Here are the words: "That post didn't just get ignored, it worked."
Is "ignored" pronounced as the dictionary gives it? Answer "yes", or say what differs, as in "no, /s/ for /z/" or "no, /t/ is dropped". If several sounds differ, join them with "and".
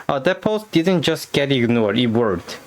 no, /d/ is dropped